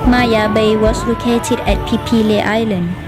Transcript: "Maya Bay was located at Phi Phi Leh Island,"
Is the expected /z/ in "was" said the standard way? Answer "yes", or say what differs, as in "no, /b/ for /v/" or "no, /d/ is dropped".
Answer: no, /s/ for /z/